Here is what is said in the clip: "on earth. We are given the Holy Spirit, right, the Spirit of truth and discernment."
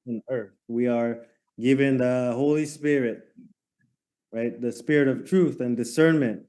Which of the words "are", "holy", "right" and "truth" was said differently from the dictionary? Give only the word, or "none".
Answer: none